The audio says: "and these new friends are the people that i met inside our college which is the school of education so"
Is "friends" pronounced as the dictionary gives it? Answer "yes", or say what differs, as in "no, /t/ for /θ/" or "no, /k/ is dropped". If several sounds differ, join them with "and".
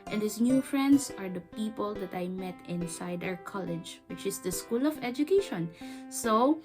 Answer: no, /s/ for /z/